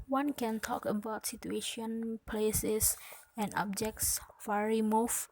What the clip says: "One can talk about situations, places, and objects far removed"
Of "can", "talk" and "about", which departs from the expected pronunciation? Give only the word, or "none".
none